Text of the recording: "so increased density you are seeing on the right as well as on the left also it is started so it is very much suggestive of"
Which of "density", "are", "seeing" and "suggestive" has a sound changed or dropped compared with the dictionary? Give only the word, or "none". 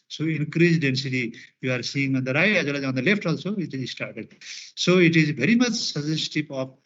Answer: suggestive